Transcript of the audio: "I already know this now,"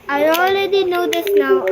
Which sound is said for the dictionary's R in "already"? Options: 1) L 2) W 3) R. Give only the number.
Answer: 1